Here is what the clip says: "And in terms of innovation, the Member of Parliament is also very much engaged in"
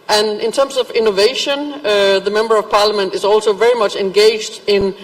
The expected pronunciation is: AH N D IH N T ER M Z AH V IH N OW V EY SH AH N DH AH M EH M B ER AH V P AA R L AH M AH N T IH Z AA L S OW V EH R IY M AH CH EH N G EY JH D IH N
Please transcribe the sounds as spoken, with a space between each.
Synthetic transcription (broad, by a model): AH N IH N T ER M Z AH V IH N OW V EY SH AH N DH AH M EH M B ER AH V P AA R L AH M AH N T IH Z AA L S OW V EH R IY M AH CH EH N G EY JH D IH N